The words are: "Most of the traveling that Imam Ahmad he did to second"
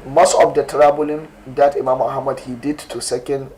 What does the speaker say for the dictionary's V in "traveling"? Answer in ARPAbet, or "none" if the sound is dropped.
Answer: B